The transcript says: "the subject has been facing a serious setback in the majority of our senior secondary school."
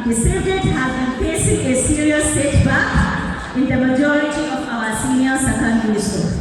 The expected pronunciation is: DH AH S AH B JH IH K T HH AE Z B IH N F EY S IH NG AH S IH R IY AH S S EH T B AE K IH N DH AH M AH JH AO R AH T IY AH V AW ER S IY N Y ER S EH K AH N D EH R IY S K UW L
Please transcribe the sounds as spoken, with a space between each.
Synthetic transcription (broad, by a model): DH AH S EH JH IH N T HH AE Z B IH N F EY S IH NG AH S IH R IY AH S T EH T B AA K IH N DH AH M AH JH AO R AH T IY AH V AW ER S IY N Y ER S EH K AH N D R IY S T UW